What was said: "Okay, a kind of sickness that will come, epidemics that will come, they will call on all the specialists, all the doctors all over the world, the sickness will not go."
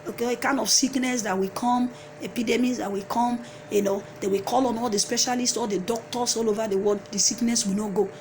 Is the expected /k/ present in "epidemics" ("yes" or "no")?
no